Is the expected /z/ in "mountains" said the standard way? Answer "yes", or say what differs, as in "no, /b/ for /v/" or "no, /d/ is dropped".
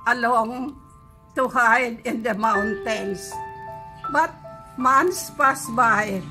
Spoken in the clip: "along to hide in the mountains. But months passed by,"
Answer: no, /s/ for /z/